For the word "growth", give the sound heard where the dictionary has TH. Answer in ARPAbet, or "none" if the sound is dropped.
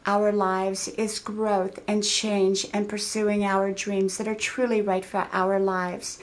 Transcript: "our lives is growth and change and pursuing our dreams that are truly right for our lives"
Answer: TH